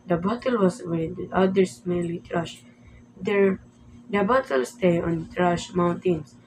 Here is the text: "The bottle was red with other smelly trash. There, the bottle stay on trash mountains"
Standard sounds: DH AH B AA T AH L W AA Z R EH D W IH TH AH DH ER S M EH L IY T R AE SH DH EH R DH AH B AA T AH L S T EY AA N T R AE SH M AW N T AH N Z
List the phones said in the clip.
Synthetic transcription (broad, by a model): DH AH B AA T AH L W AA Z W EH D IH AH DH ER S M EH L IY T R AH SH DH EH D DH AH B AA T AH L S T EY AA N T R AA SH M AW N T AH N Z